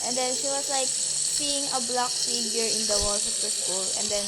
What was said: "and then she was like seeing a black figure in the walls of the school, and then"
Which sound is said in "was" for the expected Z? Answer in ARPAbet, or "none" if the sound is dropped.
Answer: S